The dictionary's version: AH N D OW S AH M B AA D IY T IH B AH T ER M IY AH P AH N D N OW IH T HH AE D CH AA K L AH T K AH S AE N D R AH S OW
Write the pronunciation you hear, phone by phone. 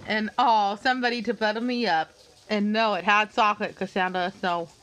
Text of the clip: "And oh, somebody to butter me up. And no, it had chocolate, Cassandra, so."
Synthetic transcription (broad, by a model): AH N OW S AH M B AA D IY T IH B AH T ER M IY AH P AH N N OW IH T HH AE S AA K AH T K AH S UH N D AH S OW